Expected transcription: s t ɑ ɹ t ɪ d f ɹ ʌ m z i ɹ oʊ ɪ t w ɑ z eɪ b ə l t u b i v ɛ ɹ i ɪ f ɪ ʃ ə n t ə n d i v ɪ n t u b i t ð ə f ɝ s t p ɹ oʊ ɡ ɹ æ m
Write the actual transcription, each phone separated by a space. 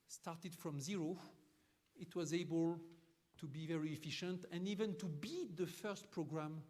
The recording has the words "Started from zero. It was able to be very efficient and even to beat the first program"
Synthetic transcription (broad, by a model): s t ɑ ɹ t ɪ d f ɹ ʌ m z i ɹ oʊ ɪ t w ɑ z eɪ b ə l t u b i v ɛ ɹ i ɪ f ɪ ʃ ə n t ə n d i v ɪ n t u b i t ð ə f ɝ s t p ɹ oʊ ɡ ɹ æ m